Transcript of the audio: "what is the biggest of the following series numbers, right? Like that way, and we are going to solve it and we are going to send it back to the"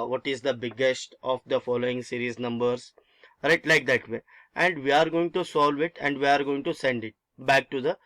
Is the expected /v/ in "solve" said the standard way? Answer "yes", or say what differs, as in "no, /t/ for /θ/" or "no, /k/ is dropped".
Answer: yes